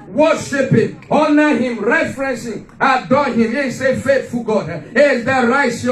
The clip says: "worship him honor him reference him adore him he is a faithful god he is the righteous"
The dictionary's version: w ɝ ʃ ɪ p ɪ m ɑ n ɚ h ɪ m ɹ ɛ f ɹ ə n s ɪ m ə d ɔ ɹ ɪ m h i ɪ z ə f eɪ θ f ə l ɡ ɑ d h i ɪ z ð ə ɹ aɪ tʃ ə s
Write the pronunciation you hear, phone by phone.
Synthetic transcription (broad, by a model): w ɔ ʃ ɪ p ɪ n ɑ n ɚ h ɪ m ɹ ɛ f ɹ ə n s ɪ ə d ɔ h ɪ m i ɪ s ə f eɪ t f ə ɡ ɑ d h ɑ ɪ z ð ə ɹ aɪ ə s